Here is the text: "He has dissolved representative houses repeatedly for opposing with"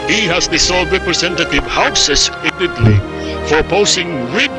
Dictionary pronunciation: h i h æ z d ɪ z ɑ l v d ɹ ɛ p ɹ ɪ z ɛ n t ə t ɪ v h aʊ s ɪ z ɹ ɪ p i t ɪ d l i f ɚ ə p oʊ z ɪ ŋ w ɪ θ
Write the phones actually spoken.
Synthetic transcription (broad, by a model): h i h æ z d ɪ s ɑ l d ɹ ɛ p ɹ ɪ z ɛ n t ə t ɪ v h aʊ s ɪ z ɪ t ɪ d l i f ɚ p oʊ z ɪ ŋ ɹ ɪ